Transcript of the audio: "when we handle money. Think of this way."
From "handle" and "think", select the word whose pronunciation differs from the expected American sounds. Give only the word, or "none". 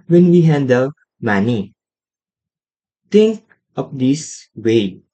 think